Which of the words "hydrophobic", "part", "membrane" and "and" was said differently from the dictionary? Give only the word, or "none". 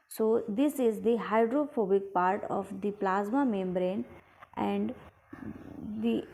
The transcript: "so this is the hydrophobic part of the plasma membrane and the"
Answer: none